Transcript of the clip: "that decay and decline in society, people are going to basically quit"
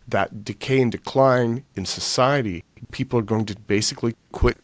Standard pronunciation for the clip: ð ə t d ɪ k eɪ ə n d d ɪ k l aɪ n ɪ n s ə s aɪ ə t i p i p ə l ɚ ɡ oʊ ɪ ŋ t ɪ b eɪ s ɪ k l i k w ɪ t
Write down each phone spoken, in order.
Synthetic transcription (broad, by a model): ð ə t d ɪ k eɪ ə n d d ɪ k l aɪ n ɪ n s ə s aɪ ə t i p i p l ɚ ɡ oʊ ɪ ŋ t ɪ b eɪ s ɪ k l i k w ɪ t